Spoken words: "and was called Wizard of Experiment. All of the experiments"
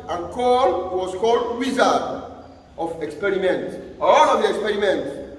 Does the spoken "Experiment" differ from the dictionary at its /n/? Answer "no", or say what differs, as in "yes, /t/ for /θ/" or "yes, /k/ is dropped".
no